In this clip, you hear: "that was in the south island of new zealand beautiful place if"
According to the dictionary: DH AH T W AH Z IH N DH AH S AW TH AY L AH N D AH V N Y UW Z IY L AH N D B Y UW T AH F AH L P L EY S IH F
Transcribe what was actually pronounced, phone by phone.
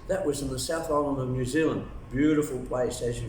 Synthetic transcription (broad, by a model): DH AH T W AH Z IH N DH AH S AW TH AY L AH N AH V N Y UW Z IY L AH N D B Y UW T AH F AH L P L EY S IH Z